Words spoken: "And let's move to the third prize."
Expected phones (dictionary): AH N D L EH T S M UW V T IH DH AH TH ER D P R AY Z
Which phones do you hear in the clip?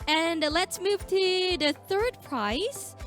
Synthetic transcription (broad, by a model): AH N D L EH T S M UW V T IH DH AH TH ER D P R AY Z